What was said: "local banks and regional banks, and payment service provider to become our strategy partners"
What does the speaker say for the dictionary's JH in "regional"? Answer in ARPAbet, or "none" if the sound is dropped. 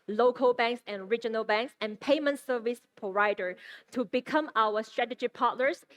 JH